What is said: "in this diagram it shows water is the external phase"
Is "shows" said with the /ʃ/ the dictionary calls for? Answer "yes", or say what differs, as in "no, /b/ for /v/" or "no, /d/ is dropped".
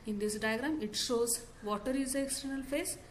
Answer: yes